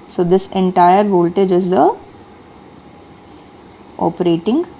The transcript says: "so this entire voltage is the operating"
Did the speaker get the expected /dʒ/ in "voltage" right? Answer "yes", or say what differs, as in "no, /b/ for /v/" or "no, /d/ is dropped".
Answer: yes